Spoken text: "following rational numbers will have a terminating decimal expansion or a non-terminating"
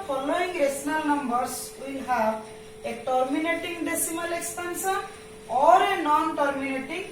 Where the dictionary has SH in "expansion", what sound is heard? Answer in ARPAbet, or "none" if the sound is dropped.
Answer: S